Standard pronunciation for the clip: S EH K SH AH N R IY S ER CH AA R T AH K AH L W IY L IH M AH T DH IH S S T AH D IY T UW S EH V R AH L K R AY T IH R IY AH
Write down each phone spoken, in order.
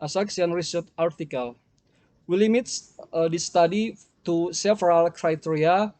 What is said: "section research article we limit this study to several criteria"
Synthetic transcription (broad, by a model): S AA K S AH N R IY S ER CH AA R T AH K AH L W IY L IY M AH T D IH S S T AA D IY T UW S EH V R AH L K R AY T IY R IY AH